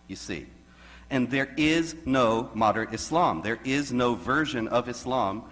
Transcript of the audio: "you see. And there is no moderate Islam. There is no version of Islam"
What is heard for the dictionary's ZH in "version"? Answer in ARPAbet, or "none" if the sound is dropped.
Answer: ZH